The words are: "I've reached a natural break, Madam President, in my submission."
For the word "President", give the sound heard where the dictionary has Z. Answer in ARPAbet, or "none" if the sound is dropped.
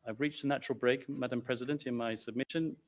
Z